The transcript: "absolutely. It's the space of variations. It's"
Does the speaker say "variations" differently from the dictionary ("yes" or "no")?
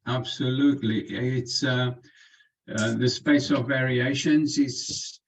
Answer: no